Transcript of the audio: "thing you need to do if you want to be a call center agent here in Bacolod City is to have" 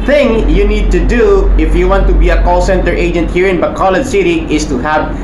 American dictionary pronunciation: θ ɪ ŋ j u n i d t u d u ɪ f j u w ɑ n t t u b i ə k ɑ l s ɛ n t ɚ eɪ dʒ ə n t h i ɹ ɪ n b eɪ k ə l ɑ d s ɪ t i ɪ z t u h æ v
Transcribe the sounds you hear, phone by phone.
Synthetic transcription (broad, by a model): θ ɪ ŋ j u n i d t u d u ɪ f j u w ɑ n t t u b i ə k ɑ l s ɛ n t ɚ eɪ dʒ ə n t h i ɹ ɪ n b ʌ k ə l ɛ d s ɪ t i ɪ s t u h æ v